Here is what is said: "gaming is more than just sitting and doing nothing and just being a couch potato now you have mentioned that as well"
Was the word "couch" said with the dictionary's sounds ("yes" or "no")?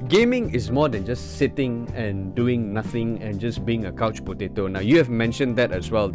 yes